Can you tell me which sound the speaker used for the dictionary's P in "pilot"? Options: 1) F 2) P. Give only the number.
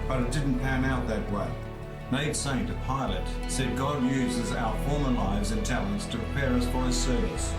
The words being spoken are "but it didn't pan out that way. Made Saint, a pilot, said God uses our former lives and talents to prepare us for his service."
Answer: 2